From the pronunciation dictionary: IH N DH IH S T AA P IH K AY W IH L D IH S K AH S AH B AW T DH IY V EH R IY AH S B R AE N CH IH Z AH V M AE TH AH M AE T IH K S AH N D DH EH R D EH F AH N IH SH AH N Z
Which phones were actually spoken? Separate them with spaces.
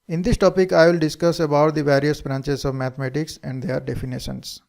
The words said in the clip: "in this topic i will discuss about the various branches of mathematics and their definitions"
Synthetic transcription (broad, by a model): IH N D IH S T AA P IH K AY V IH L D IH S K AH S AH B AW T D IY V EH R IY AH S B R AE N CH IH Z AH V M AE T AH M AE T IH K S AH N D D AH R D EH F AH N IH SH AH N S